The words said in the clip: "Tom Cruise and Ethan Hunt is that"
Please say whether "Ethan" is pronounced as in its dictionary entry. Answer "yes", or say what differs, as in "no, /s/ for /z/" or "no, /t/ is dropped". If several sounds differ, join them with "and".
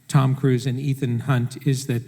yes